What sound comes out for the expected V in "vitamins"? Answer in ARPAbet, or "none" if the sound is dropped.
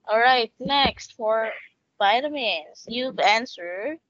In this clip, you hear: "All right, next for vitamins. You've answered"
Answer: B